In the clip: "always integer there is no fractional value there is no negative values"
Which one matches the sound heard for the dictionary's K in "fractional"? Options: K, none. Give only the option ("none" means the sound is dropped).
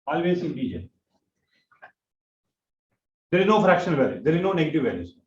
K